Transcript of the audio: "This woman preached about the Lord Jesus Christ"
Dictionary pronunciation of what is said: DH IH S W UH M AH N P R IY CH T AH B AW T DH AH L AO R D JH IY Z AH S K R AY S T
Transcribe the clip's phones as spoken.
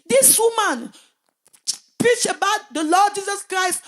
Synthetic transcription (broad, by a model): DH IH S W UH M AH N P R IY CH AH B AW T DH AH L AO D JH IY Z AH S K R AY S T